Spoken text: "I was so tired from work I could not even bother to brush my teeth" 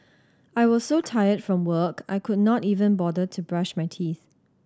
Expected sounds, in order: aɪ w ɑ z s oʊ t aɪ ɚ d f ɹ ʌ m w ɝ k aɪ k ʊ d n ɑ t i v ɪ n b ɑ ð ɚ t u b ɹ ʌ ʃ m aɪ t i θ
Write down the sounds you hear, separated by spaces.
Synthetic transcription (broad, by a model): aɪ w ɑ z s oʊ t aɪ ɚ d f ɹ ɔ m w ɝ k aɪ k ʊ d n ɑ t i v ɪ n b ɑ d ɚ t u b ɹ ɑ ʃ m aɪ t i θ